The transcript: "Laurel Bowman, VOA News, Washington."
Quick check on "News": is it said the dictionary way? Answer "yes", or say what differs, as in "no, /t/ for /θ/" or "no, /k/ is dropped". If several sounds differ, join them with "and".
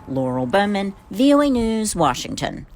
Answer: yes